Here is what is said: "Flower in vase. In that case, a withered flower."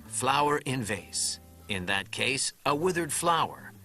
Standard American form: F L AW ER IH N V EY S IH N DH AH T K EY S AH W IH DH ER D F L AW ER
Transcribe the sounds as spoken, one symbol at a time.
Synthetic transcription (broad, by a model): F L AW ER IH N V EY S IH N DH AH T K EY S AH W IH DH ER D F L AW ER